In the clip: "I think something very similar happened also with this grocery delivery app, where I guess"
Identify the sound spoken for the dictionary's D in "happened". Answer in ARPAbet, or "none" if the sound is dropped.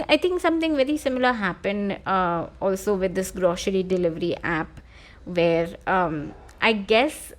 D